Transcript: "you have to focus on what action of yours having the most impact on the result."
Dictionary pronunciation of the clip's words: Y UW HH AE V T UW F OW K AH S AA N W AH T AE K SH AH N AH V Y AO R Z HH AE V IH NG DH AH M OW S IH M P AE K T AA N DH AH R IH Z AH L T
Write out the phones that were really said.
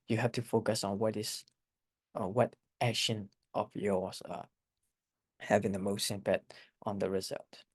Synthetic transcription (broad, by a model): Y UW HH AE F T UW F OW K AH S AA N W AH T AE K SH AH N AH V Y AO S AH HH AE V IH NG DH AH M OW S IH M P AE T T AA N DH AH R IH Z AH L T